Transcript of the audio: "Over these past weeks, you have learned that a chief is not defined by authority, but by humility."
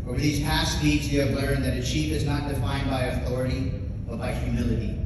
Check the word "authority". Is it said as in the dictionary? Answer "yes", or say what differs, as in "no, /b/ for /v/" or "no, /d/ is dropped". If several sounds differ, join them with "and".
yes